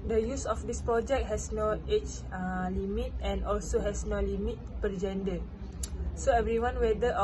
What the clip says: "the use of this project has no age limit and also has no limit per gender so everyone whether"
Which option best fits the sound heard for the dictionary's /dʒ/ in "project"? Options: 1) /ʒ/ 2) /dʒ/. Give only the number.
2